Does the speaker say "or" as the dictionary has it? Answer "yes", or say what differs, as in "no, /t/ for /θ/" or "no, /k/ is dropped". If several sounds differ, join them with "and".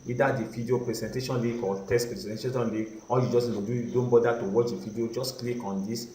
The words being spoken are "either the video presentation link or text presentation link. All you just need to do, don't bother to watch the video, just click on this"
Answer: no, /l/ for /ɹ/